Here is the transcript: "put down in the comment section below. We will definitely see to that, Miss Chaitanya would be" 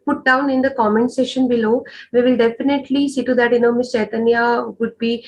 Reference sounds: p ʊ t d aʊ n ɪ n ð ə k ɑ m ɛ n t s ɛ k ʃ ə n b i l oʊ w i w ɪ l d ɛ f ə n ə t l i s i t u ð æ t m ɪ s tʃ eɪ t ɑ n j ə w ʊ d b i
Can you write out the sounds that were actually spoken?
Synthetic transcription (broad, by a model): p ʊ t d aʊ n ɪ n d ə k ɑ m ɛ n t s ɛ ʃ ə n b i l oʊ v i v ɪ l d ɛ f ə n ə t l i s i t u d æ t m ɪ s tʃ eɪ t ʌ n j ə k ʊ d b i